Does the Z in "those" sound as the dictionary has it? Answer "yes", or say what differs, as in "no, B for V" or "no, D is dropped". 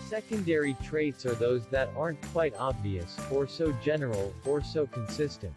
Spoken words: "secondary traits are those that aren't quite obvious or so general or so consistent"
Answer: yes